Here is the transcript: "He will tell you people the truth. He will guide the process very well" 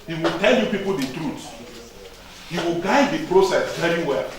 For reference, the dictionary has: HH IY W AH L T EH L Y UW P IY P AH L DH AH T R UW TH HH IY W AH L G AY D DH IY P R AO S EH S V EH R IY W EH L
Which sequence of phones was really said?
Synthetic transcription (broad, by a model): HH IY W AH L T EH L Y UW P IY P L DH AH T R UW S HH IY W AH L G AY D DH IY P R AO S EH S V EH R IY W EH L